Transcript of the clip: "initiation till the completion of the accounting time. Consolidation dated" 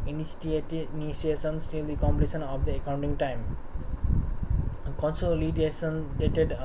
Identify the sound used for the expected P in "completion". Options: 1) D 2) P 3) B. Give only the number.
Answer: 3